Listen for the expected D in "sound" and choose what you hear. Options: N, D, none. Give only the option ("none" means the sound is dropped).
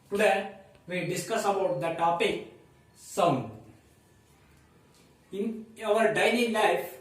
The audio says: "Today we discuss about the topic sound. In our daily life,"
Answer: none